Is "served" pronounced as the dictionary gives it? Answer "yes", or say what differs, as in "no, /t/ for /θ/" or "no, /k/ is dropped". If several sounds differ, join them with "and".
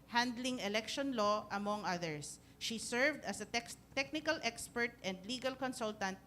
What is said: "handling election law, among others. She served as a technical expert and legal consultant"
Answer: yes